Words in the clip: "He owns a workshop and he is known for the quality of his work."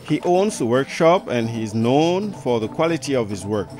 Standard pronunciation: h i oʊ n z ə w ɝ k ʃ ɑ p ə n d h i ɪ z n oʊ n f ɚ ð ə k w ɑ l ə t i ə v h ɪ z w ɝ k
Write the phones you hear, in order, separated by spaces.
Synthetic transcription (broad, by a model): h i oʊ n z ə w ɝ k ʃ ɑ p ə n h i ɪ z n oʊ n f ɚ ð ə k w ɑ l ə t i ə v h ɪ z w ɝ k